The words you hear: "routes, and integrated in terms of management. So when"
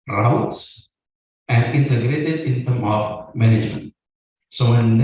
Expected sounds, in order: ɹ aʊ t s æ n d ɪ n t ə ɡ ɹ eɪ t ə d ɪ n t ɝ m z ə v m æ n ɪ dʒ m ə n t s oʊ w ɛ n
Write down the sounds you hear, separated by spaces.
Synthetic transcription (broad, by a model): ɹ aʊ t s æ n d ɪ n t ə ɡ ɹ eɪ t ə d ɪ n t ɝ m ə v m æ n ɪ dʒ m ə n t s oʊ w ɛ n